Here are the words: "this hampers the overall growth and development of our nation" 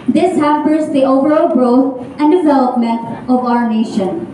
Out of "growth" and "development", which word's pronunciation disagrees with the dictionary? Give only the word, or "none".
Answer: growth